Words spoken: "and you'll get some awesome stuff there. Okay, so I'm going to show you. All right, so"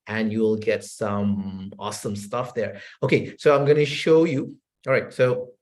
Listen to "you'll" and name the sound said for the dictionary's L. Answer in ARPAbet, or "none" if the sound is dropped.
L